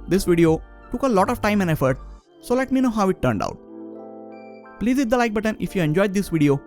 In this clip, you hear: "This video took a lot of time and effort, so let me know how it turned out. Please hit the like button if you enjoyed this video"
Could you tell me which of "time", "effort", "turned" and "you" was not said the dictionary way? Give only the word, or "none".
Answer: none